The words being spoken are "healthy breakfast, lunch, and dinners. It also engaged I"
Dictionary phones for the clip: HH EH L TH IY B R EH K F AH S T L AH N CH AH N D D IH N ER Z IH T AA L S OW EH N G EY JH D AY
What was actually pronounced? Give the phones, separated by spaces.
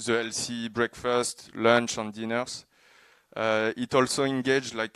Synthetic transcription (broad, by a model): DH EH L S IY B R EH K F AH S T L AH N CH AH N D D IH N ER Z IH T AA L S OW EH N G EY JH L AY